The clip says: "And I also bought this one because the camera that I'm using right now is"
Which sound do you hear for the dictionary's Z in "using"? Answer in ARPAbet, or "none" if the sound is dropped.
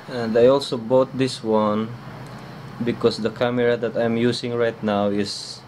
S